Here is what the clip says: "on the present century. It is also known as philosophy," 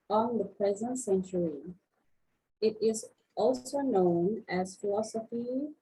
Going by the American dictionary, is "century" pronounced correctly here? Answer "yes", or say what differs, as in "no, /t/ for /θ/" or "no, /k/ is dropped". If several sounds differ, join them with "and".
yes